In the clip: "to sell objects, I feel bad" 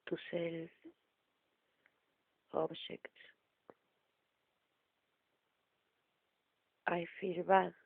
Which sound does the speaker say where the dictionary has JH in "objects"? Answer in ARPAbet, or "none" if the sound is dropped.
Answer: SH